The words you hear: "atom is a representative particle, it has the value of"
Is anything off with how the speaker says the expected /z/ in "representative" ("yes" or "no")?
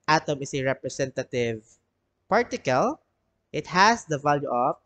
yes